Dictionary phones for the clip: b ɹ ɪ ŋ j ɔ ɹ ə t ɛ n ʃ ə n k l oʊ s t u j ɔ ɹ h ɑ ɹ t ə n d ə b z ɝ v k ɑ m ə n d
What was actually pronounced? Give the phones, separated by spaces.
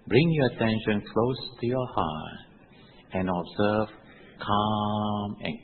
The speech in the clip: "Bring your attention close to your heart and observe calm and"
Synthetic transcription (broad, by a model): b ɹ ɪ ŋ j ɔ ə t ɛ n ʃ ə n k l oʊ s t u j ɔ h ɑ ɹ t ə n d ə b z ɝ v k ɑ m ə n